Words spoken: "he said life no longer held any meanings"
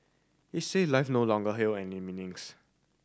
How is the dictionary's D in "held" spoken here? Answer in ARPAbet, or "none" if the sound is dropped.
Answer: none